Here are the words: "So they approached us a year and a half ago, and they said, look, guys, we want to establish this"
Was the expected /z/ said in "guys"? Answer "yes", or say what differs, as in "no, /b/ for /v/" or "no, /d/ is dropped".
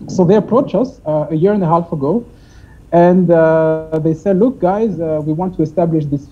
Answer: yes